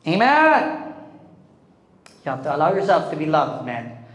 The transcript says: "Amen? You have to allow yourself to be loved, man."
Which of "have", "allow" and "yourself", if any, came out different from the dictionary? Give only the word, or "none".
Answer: have